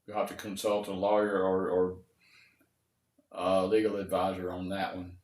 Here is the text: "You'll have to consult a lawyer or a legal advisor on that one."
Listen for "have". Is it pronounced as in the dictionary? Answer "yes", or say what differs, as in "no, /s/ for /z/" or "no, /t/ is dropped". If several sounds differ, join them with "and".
no, /f/ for /v/